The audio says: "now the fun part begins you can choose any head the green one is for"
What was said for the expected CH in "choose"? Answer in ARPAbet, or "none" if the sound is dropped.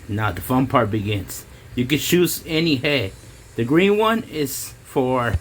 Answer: SH